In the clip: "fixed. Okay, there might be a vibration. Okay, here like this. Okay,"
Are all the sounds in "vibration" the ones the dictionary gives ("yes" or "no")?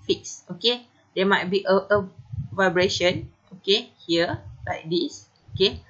yes